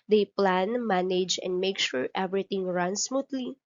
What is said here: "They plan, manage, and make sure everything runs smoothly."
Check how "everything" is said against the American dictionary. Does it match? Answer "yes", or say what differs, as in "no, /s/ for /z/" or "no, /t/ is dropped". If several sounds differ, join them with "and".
no, /t/ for /θ/